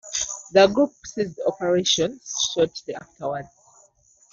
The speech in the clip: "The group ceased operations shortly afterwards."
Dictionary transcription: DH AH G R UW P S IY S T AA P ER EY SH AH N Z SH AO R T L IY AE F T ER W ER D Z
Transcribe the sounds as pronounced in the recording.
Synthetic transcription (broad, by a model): DH AH G R UW P S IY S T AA P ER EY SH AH N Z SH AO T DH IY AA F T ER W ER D